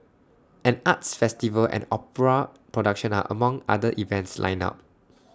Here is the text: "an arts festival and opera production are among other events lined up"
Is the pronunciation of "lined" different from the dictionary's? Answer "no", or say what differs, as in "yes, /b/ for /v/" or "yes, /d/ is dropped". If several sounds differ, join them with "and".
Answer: yes, /d/ is dropped